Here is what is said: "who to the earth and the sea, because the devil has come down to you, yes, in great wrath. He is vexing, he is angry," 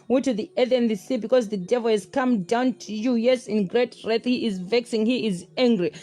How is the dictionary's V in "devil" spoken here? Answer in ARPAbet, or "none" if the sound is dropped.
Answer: V